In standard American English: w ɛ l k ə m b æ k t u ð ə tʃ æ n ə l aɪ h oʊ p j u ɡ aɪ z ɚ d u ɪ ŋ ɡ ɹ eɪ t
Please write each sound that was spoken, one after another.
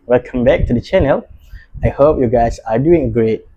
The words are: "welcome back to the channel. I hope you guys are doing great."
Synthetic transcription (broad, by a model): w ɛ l k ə m b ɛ k t u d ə tʃ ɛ n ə l aɪ h oʊ p j u ɡ aɪ s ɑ d u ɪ ŋ ɡ ɹ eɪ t